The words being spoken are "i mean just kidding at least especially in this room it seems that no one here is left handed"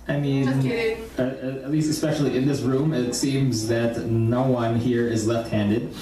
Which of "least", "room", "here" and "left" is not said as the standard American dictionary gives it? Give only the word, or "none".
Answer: none